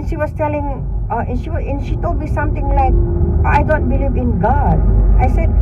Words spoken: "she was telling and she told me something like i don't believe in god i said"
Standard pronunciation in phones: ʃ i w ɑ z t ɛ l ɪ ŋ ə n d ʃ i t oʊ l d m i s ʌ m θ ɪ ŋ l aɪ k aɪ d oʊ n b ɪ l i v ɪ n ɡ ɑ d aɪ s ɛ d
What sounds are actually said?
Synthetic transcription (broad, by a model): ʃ i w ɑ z t ɛ l ɪ ŋ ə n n ʃ i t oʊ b i s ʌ m t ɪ ŋ l aɪ k aɪ d oʊ n b ɪ l i v ɪ n ɡ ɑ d aɪ s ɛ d